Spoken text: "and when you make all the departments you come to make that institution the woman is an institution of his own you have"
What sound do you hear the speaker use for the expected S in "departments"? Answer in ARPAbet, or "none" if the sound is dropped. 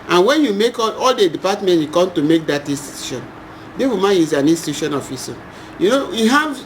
none